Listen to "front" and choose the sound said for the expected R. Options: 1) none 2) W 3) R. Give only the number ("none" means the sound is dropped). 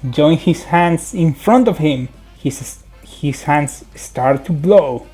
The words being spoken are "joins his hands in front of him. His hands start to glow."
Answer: 3